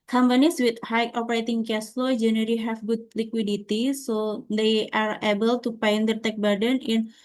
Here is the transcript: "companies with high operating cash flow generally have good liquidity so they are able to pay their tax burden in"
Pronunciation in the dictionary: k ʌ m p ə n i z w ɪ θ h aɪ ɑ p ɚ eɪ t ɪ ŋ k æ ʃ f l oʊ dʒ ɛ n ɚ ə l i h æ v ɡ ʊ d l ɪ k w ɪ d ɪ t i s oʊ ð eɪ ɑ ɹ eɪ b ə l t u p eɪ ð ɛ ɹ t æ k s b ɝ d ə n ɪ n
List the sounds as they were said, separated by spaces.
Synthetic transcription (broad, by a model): k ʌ m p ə n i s w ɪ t h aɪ ɑ p ɚ eɪ t ɪ ŋ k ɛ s l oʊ dʒ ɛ n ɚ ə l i h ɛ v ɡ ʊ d l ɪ k w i d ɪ t i s oʊ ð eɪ ɑ ɹ eɪ b ə l t u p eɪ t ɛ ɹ t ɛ k b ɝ d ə n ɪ n